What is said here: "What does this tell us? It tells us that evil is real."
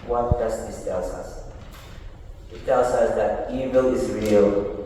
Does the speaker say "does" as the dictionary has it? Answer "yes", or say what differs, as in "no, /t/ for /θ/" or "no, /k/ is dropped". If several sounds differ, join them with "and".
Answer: no, /s/ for /z/